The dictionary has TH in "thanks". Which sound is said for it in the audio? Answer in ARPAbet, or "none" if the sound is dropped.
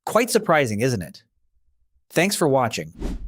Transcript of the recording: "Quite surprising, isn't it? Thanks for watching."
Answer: TH